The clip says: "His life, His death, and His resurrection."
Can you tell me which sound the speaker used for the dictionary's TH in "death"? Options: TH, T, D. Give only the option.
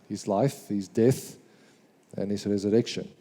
TH